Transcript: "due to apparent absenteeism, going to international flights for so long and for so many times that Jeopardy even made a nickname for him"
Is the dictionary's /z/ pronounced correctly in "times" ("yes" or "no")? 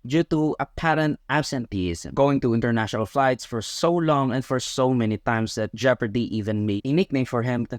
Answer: no